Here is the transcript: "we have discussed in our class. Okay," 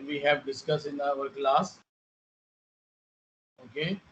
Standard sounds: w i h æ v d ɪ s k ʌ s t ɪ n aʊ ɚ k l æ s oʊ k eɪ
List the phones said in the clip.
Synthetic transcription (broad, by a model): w i h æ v d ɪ s k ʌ s ɪ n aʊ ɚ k l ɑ s oʊ k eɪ